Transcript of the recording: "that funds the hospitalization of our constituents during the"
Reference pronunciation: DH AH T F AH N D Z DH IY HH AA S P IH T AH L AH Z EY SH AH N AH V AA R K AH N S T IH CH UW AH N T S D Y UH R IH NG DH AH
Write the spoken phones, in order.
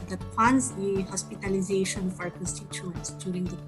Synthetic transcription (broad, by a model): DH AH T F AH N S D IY HH AA S P IH T AH L AH Z EY SH AH N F AA R K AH N S T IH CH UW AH N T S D Y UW R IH NG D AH